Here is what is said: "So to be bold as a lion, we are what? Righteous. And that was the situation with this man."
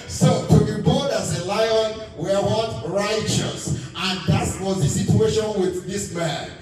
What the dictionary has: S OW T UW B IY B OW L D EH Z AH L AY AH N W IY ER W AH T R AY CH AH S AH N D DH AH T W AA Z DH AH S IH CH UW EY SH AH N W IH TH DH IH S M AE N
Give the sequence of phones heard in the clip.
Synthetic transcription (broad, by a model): S OW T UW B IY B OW D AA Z AH L AY AH N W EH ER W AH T R AY CH AH S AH N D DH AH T W AA Z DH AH S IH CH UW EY SH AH N W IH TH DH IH S M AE N